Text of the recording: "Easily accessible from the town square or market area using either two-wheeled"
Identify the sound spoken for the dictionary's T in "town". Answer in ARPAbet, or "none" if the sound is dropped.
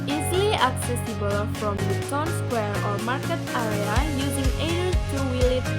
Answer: S